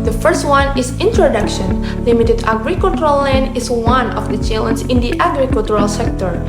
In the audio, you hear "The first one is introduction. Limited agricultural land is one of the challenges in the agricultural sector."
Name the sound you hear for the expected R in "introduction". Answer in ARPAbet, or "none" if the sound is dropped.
R